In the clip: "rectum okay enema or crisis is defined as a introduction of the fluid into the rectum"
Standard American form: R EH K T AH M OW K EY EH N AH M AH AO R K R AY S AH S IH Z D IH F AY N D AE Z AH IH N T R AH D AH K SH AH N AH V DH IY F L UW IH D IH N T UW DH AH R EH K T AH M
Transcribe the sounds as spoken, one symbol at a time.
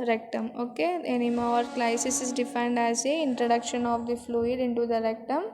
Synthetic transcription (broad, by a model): R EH K T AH M OW K EY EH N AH M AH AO R K L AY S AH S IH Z D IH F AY N D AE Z AH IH N T R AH D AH K SH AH N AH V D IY F L UW IH D IH N T UW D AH R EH K T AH M